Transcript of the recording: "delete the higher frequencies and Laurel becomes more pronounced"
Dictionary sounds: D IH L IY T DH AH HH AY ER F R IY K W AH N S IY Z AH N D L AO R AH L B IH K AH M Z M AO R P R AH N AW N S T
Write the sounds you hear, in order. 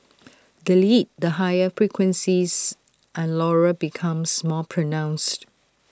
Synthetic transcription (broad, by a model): D IH L IY T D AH HH AY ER F R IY K W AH N S IY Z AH N L AO R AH B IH K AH M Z M AO P R AH N AW N S T